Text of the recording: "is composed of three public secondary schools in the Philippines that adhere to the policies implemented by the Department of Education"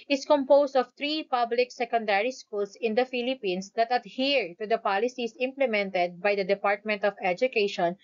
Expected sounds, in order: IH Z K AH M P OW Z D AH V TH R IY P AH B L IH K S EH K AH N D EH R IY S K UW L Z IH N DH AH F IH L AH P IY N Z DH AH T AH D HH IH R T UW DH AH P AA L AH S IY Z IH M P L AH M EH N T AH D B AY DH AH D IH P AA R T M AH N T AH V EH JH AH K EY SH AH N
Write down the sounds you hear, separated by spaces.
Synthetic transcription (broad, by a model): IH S K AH M P OW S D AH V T R IY P AH B L IH K S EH K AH N D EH R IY S K UW L S IH N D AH F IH L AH P IY N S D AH T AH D HH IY R T UW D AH P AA L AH S IY S IH M P L AH M EH N T AH D B AY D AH D IH P AA R T M AH N T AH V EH JH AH K EY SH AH N